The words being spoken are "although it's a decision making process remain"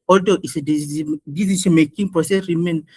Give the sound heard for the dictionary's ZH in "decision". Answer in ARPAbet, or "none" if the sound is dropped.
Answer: S